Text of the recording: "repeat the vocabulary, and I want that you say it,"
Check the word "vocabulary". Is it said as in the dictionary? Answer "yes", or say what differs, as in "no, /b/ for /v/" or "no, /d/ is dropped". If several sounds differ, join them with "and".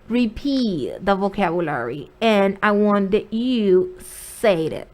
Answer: yes